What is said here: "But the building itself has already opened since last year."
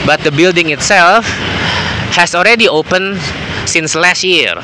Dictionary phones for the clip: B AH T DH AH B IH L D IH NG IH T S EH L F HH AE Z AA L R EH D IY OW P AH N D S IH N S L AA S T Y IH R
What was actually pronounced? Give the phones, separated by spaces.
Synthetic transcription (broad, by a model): B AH T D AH B IH L D IH NG IH T S EH L F HH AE S AA L R EH D IY OW P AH N S IH N S L AA S T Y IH R